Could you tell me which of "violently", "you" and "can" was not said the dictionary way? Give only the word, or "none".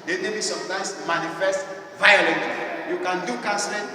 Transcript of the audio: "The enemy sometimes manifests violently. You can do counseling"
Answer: violently